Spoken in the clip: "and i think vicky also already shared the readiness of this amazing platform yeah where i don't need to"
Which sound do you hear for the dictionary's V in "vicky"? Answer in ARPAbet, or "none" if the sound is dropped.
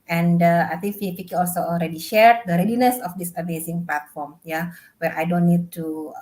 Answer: W